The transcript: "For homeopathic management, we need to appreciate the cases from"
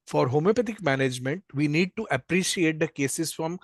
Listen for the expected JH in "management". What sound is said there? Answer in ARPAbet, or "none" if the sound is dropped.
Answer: JH